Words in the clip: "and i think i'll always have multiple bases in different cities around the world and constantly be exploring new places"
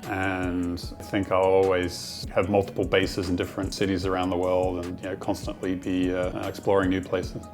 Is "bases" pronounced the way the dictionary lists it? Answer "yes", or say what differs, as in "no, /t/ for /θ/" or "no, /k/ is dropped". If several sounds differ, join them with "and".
yes